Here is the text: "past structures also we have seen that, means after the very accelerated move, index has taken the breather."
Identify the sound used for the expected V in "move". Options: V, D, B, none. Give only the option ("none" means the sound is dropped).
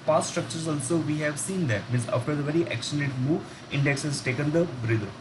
none